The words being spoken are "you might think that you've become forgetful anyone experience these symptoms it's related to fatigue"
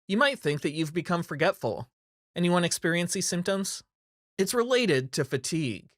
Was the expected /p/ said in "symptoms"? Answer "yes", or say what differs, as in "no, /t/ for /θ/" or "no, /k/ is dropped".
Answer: yes